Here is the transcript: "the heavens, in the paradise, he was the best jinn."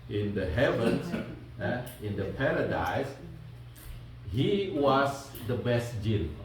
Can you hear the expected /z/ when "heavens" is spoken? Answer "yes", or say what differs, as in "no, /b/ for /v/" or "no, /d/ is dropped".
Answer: no, /s/ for /z/